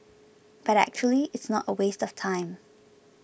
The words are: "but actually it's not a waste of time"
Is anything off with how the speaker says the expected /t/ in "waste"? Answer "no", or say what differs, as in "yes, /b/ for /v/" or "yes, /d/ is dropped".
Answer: no